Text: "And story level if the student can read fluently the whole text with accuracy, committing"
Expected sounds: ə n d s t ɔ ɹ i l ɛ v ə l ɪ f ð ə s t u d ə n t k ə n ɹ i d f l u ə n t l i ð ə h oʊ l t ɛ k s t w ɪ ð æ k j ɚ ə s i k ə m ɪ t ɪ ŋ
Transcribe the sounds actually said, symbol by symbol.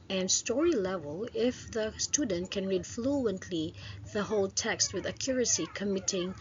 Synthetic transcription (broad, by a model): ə n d s t ɔ ɹ i l ɛ v ə l ɪ f ð ə s t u d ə n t k ə n ɹ i d f l u ə n t l i ð ə h oʊ l t ɛ k s t w ɪ ð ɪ k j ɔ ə s i k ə m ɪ t ɪ ŋ